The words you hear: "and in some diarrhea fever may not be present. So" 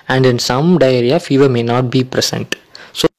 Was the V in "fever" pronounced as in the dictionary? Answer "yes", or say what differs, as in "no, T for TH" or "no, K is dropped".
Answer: yes